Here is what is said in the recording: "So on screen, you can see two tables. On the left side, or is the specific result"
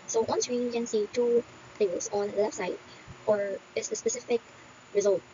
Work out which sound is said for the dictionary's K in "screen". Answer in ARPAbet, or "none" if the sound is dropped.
none